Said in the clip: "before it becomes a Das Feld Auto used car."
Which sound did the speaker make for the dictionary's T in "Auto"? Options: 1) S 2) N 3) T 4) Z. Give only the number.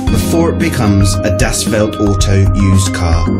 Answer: 3